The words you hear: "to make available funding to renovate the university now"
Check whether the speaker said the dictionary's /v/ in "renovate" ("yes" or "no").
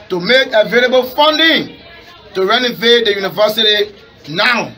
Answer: yes